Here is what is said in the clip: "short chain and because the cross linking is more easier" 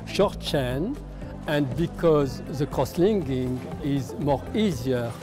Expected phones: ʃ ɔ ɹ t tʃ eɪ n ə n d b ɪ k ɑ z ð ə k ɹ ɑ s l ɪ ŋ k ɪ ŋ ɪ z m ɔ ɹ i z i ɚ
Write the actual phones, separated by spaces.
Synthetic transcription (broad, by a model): ʃ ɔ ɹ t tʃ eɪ n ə n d b ɪ k ɑ z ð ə k ɹ ɑ s l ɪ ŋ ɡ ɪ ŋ ɪ z m ɔ ɹ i z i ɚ